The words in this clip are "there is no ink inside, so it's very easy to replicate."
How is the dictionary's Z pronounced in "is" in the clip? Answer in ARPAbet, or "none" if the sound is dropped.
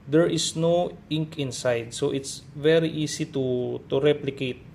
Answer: S